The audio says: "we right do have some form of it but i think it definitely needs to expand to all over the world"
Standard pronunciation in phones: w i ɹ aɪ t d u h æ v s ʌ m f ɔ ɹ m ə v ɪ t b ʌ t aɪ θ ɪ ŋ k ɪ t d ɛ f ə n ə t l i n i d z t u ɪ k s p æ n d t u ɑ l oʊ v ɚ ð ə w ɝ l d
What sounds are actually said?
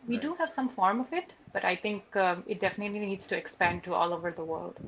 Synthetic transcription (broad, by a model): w i d u h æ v s ʌ m f ɔ ɹ m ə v ɪ t b ʌ t aɪ t ɪ ŋ k ɪ t d ɛ f ə n ə t l i n i d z t u ɪ k s p æ n d t u ɑ l oʊ v ɚ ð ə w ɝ l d